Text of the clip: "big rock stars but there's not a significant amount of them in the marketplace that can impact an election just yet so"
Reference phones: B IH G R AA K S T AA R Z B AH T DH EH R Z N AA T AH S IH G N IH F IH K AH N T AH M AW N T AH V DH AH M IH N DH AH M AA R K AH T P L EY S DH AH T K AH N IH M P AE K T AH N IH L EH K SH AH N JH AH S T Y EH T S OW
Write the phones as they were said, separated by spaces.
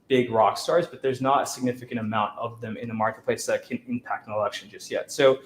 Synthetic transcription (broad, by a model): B IH G R AA K S T AA R Z B AH T DH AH R Z N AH T AH S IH G N IH F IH K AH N T AH M AW N T AH V DH AH M IH N DH AH M AA R K AH T P L EY S DH AH T K AH N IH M P AE K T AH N IH L EH K SH AH N JH AH S T Y EH T S OW